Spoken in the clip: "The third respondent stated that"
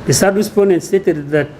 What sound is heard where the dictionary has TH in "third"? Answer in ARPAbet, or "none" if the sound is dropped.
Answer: S